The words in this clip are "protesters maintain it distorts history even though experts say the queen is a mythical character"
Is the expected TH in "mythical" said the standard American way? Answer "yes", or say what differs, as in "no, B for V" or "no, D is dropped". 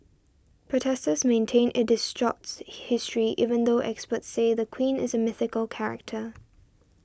yes